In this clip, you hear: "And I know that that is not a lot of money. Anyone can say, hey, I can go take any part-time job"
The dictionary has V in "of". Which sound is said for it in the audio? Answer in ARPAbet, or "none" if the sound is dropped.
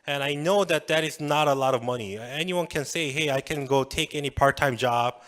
V